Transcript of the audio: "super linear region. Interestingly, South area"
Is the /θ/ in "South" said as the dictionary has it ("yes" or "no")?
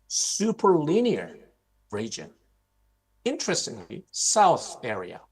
yes